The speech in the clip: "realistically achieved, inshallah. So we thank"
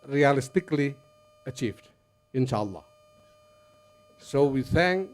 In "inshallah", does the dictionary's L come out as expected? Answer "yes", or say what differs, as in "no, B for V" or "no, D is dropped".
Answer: yes